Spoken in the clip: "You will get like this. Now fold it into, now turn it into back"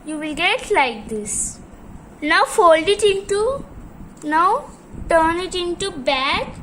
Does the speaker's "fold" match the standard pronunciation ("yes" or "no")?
yes